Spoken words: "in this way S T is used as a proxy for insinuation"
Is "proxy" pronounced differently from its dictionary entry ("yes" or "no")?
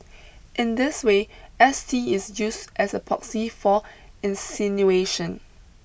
yes